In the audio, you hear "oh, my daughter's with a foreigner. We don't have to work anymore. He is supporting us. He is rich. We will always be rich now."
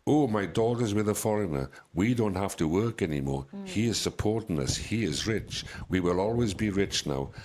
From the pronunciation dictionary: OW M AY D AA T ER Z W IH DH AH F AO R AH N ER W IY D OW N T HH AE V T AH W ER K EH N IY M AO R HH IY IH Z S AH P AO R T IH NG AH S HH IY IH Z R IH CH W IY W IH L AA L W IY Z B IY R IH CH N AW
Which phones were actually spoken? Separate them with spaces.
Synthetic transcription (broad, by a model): OW M AY D AA T ER Z W IH DH AH F AO R AH N ER W IY D OW N T HH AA F T AH W ER K EH N IY M AO R HH IY IH Z S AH P AO R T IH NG AH S HH IY IH Z R IH CH W IY W IH L AA L W IY Z B IY R IH CH N AW